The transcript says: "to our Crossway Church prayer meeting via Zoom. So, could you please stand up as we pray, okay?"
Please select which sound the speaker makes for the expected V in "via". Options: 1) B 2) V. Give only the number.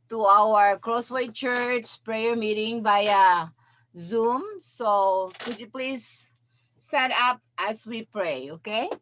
1